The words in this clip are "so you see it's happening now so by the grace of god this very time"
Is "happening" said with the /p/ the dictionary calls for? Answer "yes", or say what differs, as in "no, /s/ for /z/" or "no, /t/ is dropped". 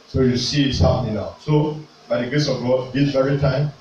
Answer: no, /p/ is dropped